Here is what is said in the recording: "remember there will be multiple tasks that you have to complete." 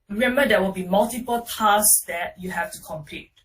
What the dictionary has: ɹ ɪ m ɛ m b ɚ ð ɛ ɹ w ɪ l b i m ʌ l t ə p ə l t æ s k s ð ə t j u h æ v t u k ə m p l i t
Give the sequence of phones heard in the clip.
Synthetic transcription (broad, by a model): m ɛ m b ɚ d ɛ w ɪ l b i m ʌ l t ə p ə l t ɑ s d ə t j u h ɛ f t u k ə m p l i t